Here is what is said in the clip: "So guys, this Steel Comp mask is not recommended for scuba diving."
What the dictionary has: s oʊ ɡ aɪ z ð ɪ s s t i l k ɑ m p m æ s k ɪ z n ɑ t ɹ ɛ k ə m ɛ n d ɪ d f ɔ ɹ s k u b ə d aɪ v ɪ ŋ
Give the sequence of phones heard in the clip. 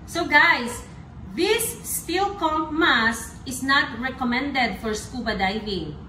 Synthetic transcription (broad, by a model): s oʊ ɡ aɪ s ð ɪ s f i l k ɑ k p m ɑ s ɪ s n ɑ t ɹ ɛ k ə m ɛ n d ɪ d f ɔ ɹ s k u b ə d aɪ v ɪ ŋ